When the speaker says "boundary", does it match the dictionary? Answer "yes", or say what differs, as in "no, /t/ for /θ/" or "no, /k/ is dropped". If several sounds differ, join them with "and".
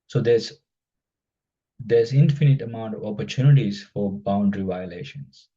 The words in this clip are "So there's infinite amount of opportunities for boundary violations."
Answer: yes